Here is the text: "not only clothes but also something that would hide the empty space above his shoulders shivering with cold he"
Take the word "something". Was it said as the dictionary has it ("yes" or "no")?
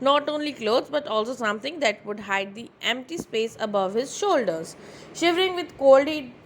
no